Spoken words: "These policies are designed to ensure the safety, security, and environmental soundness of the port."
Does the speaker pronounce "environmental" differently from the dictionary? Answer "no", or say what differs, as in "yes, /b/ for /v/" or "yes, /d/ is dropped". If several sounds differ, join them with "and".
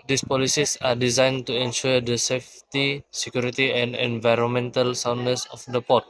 no